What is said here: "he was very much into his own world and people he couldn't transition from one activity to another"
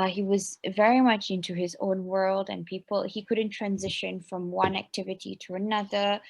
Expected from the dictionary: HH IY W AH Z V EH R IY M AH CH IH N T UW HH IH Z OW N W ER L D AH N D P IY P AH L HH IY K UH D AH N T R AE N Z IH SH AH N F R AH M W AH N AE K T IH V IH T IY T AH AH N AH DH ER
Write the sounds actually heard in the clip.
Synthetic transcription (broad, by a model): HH IY W AH Z V EH R IY M AH CH IH N T UW IH Z OW N W ER L D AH N P IY P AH L HH IY K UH D N T R AE N Z IH SH AH N F R AH M W AH N AE K T IH V IH T IY T AH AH N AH DH ER